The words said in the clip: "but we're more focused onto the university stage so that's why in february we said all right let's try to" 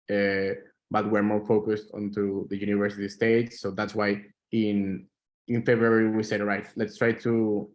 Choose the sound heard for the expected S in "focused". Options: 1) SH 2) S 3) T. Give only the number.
2